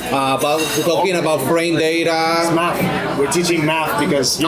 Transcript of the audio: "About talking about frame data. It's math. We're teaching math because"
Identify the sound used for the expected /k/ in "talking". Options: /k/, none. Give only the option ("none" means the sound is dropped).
none